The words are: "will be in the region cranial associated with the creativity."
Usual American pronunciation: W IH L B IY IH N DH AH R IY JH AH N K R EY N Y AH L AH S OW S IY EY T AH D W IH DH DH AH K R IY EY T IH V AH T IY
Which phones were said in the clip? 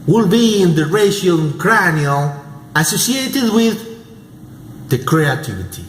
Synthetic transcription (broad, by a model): W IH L B IY IH N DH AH R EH SH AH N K R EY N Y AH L AH S OW S IY EY T AH D W IH DH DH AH K R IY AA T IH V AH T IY